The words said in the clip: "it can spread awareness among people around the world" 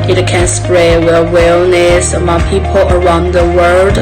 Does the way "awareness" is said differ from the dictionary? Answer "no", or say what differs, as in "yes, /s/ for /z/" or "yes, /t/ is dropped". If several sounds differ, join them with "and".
yes, /l/ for /ɹ/